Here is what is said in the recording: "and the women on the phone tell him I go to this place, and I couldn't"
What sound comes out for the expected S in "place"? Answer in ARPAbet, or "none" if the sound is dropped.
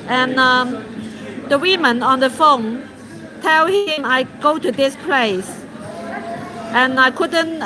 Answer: S